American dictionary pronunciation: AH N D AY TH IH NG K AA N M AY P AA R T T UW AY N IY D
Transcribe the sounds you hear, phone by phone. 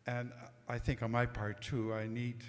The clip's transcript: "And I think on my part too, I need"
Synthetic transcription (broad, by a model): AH N AY TH IH NG K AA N M AY P AA R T T UW AY N IY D